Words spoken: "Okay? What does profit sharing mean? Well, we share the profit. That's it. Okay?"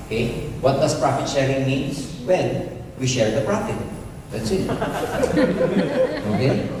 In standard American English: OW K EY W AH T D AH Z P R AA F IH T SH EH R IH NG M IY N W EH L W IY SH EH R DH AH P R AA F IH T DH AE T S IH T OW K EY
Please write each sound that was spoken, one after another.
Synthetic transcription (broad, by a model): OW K EY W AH T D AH S P R AA F IH T SH EH R IH NG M IY N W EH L W IY SH EH R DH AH P R AA F IH T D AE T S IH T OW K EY